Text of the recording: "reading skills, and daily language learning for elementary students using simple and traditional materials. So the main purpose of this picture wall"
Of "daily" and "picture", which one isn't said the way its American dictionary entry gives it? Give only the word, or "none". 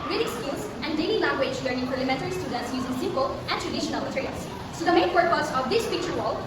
none